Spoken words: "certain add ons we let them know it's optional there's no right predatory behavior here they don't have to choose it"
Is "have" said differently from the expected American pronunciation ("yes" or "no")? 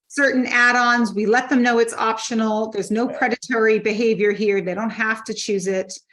yes